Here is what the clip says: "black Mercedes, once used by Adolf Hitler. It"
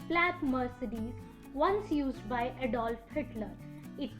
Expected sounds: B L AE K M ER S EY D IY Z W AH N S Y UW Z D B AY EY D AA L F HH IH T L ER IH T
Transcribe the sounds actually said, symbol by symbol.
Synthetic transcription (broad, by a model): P L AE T M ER S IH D IY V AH N S Y UW Z D B AY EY D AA L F HH IH T L ER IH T